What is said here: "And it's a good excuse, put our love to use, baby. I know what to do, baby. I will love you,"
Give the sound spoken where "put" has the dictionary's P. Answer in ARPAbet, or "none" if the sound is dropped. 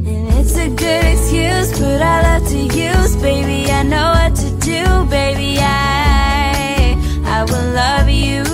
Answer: B